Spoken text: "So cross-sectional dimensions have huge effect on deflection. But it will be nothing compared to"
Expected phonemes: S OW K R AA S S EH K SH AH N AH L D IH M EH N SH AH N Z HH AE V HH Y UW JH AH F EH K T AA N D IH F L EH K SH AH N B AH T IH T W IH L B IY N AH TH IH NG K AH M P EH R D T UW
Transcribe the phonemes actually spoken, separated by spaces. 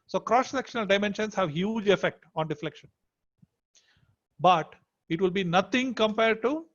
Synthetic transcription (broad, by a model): S OW K R AA S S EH K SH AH N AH L D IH M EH N SH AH N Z HH AE V HH Y UW JH AH F EH K T AA N D IH F L EH K SH AH N B AH T IH T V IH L B IY N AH T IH NG K AH M P EH R D T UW